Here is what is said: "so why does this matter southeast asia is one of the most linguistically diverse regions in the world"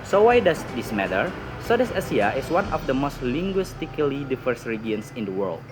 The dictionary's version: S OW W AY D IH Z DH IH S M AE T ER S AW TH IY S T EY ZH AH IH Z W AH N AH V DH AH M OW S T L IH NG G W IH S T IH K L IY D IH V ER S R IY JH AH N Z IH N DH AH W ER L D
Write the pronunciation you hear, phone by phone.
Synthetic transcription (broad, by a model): S OW W AY D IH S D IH S M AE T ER S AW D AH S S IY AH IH S W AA N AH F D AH M OW S T L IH NG G W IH S T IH K L IY D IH F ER S R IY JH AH N S IH N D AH W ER L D